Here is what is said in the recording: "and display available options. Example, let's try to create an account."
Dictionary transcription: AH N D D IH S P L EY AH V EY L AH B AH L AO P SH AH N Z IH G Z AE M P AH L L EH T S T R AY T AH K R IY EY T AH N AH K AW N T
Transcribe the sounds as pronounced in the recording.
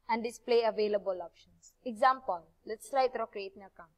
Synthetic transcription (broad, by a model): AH N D D IH S P L EY AH V EY L AH B AH L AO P SH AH N S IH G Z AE M P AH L L EH T S T R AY T AH K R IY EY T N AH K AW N